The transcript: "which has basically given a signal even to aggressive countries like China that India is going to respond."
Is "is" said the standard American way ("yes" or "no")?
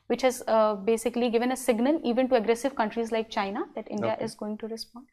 yes